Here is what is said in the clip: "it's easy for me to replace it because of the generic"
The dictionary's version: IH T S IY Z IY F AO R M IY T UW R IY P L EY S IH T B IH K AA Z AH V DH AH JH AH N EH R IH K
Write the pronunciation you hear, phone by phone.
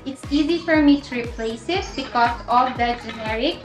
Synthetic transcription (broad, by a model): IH T S IY Z IY F AO R M IY T UW R IY P L EY S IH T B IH K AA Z AH V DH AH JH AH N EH R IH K